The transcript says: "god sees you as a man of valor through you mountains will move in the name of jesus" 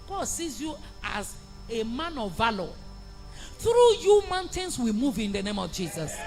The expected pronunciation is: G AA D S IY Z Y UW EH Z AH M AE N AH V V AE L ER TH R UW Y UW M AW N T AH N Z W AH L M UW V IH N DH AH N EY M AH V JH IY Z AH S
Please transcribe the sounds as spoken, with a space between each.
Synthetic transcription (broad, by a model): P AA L S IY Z Y UW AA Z AH M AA N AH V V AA L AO TH R UW Y UW M AW N T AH N S W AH M UW V IH N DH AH N EY M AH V JH IY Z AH S